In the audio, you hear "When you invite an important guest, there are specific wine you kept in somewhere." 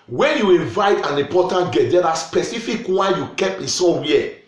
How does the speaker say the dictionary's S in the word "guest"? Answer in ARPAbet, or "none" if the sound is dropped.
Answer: none